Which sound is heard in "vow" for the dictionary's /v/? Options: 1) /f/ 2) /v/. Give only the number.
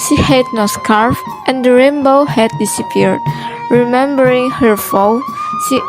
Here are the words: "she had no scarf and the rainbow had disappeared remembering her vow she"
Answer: 1